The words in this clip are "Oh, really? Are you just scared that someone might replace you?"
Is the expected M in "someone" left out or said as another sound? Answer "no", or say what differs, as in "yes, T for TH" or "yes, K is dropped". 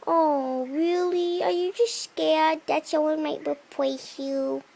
yes, M is dropped